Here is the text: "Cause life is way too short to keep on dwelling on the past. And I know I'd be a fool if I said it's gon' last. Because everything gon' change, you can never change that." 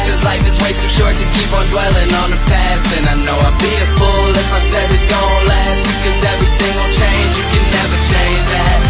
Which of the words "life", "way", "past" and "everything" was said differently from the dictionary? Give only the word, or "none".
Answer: past